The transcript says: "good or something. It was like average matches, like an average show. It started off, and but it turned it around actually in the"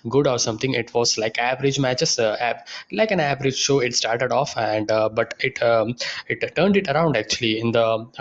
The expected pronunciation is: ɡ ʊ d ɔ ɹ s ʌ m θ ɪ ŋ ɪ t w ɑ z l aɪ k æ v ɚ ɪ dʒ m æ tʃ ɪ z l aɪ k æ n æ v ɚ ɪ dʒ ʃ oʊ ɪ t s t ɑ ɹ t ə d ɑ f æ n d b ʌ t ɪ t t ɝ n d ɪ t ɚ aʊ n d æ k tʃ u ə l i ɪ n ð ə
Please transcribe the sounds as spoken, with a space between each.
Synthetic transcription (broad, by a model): ɡ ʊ d ɔ ɹ s ʌ m t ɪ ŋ ɪ t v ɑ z l aɪ k æ v ɚ ɪ dʒ m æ tʃ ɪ s l aɪ k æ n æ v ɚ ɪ dʒ ʃ oʊ ɪ t s t ɑ ɹ t ə d ɑ f æ n d b ʌ t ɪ t t ɝ n d ɪ t ɚ aʊ n d æ k tʃ u ə l i ɪ n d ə